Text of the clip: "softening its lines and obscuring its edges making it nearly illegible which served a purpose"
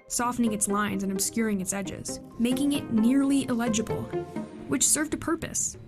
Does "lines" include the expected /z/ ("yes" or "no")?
yes